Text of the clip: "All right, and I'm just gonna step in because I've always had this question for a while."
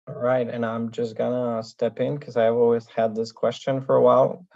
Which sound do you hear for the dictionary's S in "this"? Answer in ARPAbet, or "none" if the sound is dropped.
S